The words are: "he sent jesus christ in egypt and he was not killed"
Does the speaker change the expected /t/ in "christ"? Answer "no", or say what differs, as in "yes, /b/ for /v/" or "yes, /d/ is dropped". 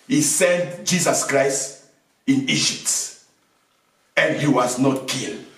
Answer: no